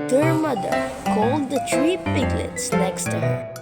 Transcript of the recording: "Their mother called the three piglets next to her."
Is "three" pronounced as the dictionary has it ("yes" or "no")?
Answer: no